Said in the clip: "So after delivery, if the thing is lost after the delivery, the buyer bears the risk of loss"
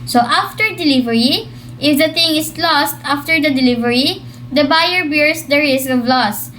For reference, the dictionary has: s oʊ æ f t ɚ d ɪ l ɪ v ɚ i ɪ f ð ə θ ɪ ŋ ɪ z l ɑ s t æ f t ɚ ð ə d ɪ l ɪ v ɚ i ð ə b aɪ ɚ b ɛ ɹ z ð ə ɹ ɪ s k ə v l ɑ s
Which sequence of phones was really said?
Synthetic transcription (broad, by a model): s oʊ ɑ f t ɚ d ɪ l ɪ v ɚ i ɪ f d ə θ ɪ ŋ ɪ s l ɑ s t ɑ f t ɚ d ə d ɪ l ɪ v ɚ i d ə b aɪ ɚ b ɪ ɹ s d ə ɹ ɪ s ə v l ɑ s